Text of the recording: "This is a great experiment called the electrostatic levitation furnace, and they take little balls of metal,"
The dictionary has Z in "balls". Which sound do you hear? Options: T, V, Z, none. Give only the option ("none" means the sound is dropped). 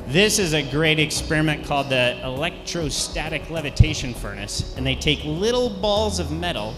Z